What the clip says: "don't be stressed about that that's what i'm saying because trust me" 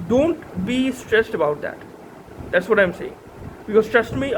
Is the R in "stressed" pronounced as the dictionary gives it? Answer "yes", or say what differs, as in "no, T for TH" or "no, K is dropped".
yes